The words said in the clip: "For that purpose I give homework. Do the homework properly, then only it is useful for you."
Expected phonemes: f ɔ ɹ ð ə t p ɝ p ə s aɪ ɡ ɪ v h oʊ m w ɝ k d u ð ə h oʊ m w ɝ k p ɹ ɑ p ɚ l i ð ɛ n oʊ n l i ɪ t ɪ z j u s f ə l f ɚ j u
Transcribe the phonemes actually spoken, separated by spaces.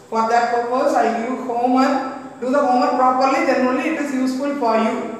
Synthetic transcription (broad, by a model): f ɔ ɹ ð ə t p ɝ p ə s aɪ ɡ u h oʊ m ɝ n d u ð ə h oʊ m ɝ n p ɹ ɑ p ɚ l i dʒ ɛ n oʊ l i ɪ t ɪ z j u s f ə l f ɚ j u